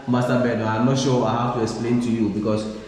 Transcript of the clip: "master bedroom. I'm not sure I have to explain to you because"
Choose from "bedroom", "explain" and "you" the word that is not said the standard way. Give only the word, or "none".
bedroom